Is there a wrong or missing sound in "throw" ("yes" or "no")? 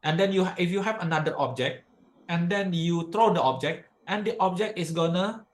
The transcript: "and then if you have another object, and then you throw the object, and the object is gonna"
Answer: yes